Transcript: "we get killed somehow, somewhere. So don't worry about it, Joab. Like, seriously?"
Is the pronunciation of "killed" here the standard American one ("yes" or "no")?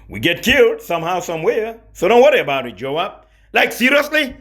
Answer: yes